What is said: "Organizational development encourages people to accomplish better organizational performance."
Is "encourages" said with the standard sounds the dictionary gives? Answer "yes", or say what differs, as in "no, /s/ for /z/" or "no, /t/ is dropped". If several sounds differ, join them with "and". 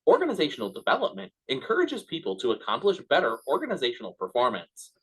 yes